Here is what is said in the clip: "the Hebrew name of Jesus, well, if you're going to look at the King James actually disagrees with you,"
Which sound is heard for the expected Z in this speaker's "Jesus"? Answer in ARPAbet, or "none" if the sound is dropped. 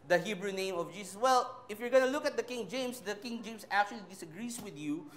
S